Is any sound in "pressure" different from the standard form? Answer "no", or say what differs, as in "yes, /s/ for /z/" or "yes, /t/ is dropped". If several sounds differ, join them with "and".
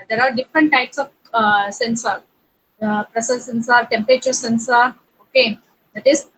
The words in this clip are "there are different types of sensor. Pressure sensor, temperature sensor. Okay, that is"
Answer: yes, /s/ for /ʃ/